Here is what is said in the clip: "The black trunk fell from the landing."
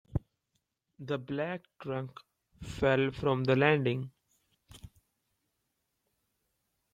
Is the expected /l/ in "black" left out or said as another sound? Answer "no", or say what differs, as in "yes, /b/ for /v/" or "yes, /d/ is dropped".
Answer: no